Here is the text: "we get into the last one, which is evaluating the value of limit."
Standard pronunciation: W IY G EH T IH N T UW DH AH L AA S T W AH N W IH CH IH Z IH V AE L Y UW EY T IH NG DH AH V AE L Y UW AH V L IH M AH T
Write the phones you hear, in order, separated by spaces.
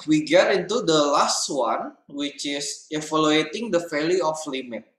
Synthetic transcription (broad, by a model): W IY G EH T IH N T UW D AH L AA S T W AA N W IH CH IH S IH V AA L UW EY T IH NG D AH F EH L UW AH F L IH M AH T